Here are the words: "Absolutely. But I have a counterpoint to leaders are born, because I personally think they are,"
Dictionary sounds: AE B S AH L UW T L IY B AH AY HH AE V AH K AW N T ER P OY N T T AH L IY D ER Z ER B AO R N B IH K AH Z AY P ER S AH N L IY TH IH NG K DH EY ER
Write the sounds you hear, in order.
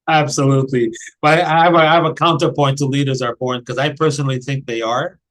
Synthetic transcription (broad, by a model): AE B S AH L UW T L IY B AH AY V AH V AH K AW N T ER P OY N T T AH L IY D ER Z ER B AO R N K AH Z AY P ER S AH N L IY TH IH NG K DH EY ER